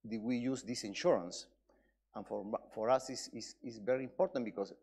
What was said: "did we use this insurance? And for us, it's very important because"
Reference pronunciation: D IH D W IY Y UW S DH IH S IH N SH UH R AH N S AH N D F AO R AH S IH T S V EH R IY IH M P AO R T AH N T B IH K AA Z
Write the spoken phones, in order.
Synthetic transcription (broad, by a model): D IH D W IY Y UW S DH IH S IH N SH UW R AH N S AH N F F AO R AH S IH S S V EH R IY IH M P AO R T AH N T B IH K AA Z